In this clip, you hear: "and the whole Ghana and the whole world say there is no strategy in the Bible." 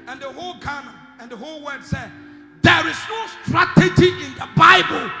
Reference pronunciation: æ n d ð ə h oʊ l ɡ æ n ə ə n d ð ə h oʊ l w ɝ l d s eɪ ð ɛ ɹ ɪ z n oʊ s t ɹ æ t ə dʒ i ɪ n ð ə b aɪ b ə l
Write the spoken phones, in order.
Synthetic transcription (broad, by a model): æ n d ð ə h oʊ l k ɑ n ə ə n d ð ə h oʊ l w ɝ d s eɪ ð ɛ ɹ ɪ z n oʊ s t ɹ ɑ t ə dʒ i ɪ n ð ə b aɪ b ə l